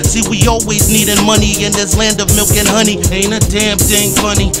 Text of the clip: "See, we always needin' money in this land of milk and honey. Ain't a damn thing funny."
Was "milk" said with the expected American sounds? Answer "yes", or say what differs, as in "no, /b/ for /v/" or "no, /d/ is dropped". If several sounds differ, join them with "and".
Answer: yes